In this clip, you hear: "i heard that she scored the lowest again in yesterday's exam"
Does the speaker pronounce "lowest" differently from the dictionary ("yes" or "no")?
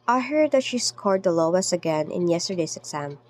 yes